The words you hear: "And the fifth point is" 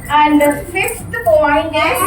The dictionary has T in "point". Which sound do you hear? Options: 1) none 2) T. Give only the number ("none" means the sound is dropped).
1